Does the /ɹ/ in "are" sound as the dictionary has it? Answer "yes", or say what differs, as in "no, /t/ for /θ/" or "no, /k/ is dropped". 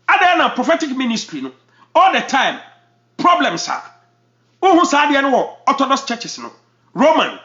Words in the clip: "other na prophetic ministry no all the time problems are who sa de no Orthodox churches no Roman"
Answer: no, /w/ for /ɹ/